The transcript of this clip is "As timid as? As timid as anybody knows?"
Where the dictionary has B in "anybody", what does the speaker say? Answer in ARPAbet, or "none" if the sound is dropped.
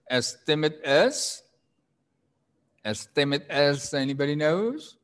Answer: B